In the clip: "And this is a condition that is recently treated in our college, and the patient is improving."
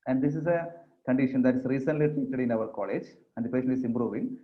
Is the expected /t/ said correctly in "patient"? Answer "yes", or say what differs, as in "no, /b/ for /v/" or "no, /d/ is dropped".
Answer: no, /t/ is dropped